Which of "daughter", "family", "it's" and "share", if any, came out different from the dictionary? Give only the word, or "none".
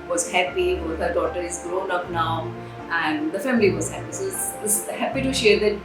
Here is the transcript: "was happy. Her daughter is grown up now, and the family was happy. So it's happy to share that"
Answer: it's